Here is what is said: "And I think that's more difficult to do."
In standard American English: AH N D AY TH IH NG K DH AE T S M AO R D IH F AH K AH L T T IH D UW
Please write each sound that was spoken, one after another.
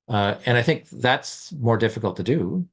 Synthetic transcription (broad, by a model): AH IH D AY TH IH NG K DH AE T S M AO R D IH F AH K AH L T T IH D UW